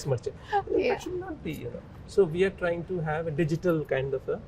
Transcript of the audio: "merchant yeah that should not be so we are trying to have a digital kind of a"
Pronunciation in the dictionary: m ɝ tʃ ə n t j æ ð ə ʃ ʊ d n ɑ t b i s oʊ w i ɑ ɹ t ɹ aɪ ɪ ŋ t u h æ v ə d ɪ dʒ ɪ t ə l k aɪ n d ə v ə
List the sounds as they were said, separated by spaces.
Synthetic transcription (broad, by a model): m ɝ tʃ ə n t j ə ʃ ʊ d n ɑ t b i s oʊ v i ɑ ɹ t ɹ aɪ ɪ ŋ t u h æ v ə d ɪ dʒ ɪ t ə l k aɪ n d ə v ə